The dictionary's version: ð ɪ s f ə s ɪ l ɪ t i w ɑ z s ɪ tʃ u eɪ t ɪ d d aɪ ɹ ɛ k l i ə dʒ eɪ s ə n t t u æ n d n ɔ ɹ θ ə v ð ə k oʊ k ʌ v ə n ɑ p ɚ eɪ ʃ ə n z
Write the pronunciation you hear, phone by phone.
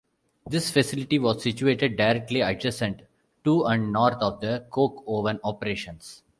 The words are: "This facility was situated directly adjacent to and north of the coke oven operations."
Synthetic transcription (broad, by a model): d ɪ s f ə s ɪ l ɪ t i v ɑ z s ɪ tʃ u eɪ t ɪ d d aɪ ɹ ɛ k l i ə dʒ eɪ s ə n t t u æ n d n ɔ ɹ t ə v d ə k oʊ k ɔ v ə n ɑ p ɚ eɪ ʃ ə n s